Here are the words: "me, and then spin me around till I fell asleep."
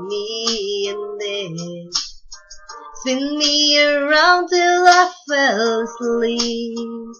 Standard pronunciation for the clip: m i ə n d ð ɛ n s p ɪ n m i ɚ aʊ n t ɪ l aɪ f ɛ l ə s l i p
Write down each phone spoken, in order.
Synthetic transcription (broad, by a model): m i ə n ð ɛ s ɪ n m i ɚ aʊ n t ɪ l aɪ f ɛ l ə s l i